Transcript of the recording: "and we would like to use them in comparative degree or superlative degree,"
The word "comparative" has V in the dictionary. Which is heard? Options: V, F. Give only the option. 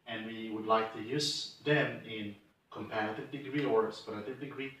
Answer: V